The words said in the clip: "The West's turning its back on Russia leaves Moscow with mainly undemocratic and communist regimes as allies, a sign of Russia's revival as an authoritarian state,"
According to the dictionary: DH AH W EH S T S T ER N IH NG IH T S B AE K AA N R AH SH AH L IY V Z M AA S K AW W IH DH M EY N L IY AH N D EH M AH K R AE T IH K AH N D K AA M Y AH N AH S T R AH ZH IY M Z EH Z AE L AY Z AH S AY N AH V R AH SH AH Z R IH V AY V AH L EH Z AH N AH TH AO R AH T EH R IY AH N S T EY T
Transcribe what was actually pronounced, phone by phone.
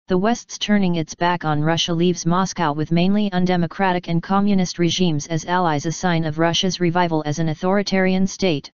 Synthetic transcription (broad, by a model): DH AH W EH S T S T ER N IH NG IH T S B AE K N R AH SH AH L IY V Z M AA S K AW W IH DH M EY N L IY AH N D EH M AH K R AE T IH K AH N K AA M Y AH N AH S T R AH ZH IY M Z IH Z AE L AY Z AH S AY N AH V R AH SH AH Z R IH V AY V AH L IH Z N AH TH AO R AH T EH R IY AH N S T EY T